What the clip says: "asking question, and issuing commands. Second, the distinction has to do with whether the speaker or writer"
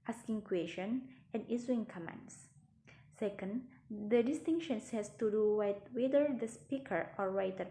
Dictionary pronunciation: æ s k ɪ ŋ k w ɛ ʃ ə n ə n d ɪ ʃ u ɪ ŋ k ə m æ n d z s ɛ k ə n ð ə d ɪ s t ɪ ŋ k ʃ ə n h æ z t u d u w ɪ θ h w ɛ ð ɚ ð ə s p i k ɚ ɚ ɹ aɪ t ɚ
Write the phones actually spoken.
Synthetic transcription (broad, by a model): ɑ s k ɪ ŋ k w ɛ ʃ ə n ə n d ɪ s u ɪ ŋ k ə m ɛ n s s ɛ k ə n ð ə d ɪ s t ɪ ŋ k ʃ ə n h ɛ s t u d u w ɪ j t w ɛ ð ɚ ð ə s p i k ɚ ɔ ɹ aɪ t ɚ